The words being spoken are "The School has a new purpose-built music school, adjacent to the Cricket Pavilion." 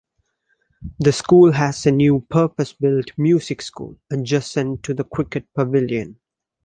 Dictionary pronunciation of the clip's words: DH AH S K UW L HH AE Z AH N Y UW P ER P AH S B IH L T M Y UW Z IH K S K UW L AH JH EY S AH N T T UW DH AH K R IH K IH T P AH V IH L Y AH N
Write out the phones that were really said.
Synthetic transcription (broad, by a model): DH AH S K UW L HH AE Z AH N Y UW P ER P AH S B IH L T M Y UW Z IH K S K UW L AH JH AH S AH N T T UW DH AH K W IH K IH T P AH V IH L Y AH N